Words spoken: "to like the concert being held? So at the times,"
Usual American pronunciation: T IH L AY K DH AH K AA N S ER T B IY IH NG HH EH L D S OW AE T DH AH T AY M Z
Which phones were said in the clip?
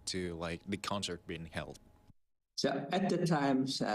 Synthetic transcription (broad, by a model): T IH L AY K DH AH K AA N S ER T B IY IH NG HH EH L D S OW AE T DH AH T AY M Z